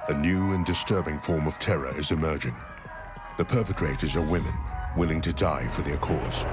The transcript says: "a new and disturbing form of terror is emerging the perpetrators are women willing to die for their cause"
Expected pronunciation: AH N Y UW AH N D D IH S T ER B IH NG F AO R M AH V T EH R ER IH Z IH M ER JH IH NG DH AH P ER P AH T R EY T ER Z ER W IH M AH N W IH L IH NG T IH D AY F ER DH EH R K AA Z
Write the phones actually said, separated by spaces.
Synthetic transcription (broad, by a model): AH N Y UW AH N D D IH S T ER B IH NG F AO R M AH V T EH R ER IH Z IH M ER JH IH NG DH AH P ER P AH T R EY T ER Z ER W IH M AH N W IH L IH NG T IH D AY F ER DH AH R K AA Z